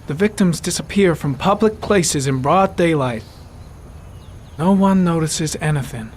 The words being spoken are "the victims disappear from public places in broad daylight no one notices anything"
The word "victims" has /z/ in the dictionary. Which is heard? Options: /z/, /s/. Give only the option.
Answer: /z/